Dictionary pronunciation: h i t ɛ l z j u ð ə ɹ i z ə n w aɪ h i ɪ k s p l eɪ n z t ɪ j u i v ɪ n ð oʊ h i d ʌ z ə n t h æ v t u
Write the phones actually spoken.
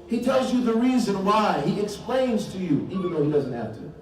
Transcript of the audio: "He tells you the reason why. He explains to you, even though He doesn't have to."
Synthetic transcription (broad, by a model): h i t ɛ l z j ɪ ð ə ɹ i z ə n w aɪ h i ɪ k s p l eɪ n z t ɪ j u i v ɪ n ð oʊ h i d ʌ z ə n t h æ f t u